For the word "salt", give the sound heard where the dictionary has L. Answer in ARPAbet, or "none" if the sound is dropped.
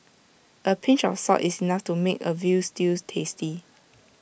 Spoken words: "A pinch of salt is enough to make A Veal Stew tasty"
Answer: none